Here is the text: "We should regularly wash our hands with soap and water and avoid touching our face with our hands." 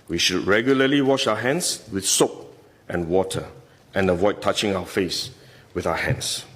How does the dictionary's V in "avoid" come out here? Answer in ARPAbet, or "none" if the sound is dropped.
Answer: V